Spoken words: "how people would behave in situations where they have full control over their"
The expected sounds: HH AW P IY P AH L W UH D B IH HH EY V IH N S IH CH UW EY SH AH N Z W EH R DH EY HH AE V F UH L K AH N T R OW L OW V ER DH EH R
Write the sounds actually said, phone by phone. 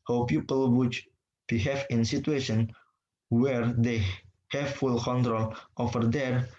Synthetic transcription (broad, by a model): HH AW P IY P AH L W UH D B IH HH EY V IH N S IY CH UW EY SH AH N W EH R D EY HH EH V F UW L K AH N T R OW L OW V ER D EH R